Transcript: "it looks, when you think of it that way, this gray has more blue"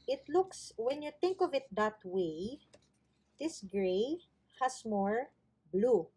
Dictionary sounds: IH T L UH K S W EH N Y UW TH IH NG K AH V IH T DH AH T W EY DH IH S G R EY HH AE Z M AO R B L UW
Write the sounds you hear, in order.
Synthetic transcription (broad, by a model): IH T L UH K S W EH N Y UW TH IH NG K AH V IH T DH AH T W EY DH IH S G R EY HH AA S M AO R B L UW